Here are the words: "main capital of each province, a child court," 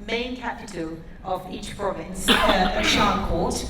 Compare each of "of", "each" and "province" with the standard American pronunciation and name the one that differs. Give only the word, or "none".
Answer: none